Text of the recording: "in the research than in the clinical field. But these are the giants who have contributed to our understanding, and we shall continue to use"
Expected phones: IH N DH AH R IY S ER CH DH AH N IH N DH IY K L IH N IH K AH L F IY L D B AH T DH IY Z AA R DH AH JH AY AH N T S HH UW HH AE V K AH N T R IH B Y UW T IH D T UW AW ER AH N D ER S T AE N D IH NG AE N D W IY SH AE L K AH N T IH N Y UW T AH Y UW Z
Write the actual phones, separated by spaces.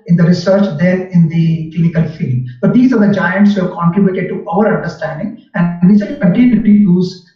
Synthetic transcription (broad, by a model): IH N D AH R IY S ER CH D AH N IH N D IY K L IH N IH K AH L F IY L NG B AH T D IY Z AA R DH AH JH AY AH N T S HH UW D K AH N T R IH B Y UW T IH D T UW AW ER AH N D ER S T AE N D IH NG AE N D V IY S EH K AH N T IH N Y UW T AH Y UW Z